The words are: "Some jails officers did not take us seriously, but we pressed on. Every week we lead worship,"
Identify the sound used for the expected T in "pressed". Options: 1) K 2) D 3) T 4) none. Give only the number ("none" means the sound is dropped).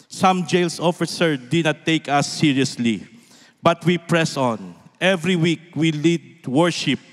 4